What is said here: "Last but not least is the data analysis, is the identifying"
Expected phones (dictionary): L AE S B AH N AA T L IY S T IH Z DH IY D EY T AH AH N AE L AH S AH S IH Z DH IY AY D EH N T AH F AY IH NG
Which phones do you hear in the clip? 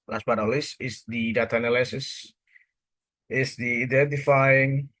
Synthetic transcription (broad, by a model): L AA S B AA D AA L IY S IH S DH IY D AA T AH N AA L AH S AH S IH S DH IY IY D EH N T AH F AY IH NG